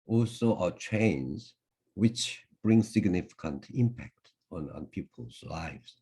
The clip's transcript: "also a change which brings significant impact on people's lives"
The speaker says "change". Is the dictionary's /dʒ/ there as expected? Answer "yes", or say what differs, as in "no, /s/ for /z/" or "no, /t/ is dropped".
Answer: no, /z/ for /dʒ/